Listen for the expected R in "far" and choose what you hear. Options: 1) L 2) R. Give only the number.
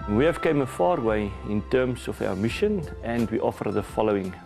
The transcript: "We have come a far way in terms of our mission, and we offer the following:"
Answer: 2